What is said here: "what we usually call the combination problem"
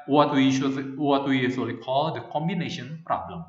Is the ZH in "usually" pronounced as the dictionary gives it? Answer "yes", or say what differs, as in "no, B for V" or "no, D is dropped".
no, S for ZH